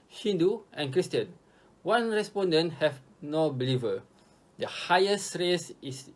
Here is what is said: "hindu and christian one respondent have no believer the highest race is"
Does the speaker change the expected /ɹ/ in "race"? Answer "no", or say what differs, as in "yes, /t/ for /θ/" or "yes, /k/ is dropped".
no